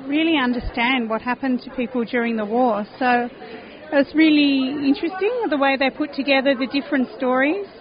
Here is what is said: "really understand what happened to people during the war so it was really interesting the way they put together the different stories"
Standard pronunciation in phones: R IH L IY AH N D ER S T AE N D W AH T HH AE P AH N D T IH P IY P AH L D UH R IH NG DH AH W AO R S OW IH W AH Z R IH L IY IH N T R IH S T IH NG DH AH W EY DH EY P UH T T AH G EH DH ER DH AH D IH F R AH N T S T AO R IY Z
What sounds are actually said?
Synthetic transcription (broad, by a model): R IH L IY AH N D ER S T AE N D W AH T HH AE P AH N T IH P IY P L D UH R IH NG DH AH W AO R S OW IH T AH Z R IH L IY IH N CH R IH S T IH NG DH AH W EY DH EY P UH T T AH G EH DH ER DH AH D IH F R AH N T S T AO R IY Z